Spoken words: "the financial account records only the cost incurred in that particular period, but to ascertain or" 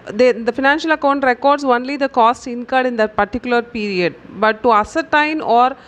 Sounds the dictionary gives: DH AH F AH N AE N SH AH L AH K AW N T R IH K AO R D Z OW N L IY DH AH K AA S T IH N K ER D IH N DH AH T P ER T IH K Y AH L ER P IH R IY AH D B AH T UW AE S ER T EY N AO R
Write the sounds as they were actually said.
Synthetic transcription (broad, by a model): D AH F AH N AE N SH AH L AH K AW N T R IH K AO R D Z OW N L IY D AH K AA S T IH N K ER D IH N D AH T P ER T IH K Y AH L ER P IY R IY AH D B AH T UW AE S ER T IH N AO R